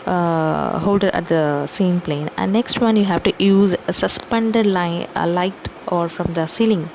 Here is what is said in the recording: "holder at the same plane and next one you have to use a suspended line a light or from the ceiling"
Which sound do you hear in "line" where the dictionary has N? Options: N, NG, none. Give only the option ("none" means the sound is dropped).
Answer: none